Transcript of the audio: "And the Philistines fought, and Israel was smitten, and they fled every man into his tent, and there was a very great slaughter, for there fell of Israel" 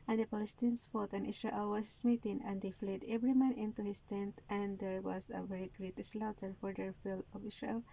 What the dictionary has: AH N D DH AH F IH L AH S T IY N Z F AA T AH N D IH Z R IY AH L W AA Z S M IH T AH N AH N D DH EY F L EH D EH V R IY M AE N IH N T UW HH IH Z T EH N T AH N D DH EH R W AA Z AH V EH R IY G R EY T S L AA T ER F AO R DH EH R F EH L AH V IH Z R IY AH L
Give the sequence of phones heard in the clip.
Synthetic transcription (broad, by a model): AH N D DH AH P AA L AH S T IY N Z F AA T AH N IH S R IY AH L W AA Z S M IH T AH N AH N D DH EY F L EH D EH V R IY M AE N IH N T UW HH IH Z T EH N T AH N D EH R W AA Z AH V EH R IY G R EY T S L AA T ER F AO R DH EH R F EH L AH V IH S R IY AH L